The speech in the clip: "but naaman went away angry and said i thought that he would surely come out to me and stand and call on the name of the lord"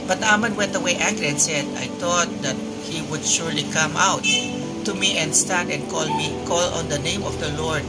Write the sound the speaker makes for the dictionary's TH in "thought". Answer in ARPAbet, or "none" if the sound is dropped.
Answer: T